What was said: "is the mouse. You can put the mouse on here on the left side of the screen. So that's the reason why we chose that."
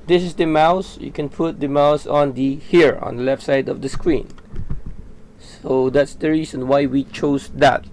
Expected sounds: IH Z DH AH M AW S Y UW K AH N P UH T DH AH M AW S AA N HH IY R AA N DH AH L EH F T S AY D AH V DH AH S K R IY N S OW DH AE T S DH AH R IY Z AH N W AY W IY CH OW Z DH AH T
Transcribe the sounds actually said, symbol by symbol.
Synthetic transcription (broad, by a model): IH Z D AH M AW S Y UW K AH N P UH T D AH M AW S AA N HH IY R AA N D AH L EH F T S AY D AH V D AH S K R IY N S OW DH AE T S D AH R IY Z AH N W AY W IY CH OW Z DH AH T